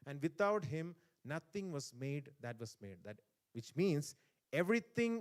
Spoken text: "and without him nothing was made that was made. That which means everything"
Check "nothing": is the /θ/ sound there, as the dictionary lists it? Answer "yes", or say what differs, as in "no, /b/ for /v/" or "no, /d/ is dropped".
no, /t/ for /θ/